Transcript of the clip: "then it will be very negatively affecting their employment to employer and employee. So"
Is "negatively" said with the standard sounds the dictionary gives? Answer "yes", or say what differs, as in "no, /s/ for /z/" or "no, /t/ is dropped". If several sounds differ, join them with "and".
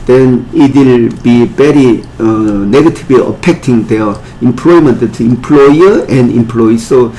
no, /b/ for /v/